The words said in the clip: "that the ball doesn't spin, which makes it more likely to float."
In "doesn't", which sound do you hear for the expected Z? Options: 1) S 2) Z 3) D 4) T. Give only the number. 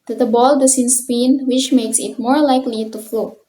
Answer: 1